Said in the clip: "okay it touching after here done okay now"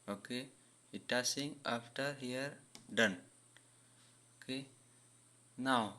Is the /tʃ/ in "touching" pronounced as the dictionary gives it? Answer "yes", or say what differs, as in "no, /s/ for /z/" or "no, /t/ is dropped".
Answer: no, /s/ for /tʃ/